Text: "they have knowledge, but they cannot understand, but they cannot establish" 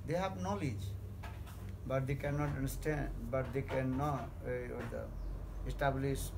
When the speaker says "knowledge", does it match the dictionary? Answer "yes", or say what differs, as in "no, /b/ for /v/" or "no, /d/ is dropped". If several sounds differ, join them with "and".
yes